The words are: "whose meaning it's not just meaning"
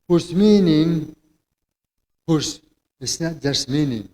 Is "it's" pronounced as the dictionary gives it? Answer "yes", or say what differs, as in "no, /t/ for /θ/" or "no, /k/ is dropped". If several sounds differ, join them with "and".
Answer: no, /s/ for /t/